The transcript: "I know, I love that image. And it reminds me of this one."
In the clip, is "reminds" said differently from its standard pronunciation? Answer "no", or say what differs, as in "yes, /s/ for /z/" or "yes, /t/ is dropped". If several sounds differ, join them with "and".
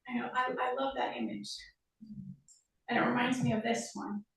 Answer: no